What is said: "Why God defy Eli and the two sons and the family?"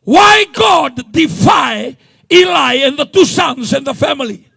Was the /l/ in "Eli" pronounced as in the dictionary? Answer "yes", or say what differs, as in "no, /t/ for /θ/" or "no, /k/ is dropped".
yes